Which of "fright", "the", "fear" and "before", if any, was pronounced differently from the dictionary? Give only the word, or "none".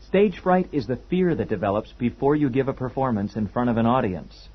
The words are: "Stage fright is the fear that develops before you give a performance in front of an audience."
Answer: none